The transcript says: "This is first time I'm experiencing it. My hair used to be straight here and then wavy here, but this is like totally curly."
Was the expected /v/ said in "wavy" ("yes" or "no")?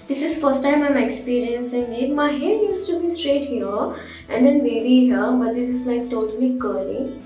no